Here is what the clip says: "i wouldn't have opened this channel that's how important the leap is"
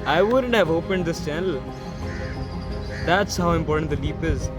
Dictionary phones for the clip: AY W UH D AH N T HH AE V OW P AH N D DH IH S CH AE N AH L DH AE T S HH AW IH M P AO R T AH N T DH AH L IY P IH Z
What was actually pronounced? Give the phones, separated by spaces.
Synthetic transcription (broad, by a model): AY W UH D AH N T HH AE V OW P AH N D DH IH S CH AE N AH L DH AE T S HH AW IH M P AO R T AH N T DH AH L IY P IH Z